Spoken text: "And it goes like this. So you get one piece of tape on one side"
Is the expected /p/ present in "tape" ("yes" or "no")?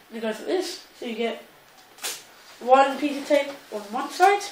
no